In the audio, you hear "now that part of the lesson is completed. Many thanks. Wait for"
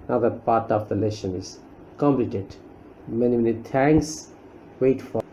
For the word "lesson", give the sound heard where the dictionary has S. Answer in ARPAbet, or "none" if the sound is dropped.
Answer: SH